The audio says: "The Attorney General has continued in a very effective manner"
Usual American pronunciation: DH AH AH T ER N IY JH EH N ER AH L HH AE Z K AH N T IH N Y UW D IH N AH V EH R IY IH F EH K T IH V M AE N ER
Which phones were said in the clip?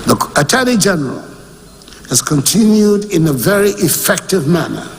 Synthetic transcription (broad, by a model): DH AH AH T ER L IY JH EH N ER AH L HH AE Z K AH N T IH N Y UW D IH N AH V EH R IY IH F EH K T IH V M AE N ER